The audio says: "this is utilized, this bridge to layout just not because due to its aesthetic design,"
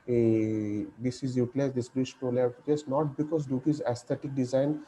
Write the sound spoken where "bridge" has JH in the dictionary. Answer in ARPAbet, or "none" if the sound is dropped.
SH